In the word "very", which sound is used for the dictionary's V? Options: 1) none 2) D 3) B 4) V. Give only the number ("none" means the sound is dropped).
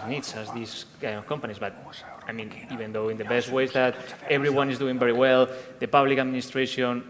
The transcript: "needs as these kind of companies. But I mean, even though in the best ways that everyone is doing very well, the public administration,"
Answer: 3